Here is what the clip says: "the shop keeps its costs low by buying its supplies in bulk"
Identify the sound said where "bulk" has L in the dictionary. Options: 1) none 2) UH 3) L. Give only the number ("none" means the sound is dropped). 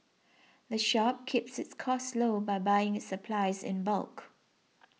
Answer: 3